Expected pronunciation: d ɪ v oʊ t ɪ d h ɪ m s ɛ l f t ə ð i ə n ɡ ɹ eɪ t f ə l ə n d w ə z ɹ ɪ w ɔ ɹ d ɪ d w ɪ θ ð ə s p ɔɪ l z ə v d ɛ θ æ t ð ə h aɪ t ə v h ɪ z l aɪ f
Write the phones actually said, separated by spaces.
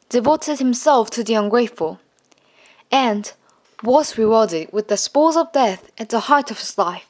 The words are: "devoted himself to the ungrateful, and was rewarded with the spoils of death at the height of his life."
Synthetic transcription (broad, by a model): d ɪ v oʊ t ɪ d h ɪ m s ɛ l f t ə ð i ə n ɡ ɹ eɪ t f ə l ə n w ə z ɹ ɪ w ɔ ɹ d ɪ d w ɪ ð ə s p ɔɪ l z ə v d ɛ θ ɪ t ð ə h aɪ t ə v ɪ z l aɪ f